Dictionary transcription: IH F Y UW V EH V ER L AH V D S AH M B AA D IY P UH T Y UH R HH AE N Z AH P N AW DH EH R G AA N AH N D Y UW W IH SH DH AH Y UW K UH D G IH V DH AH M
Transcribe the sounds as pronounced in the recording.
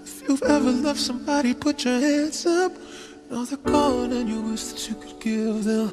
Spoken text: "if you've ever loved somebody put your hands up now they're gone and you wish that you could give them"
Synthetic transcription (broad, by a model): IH F Y UW V EH V ER L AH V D S AH M B AA D IY P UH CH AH R HH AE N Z AH P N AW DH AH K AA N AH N Y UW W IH S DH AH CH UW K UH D G IH V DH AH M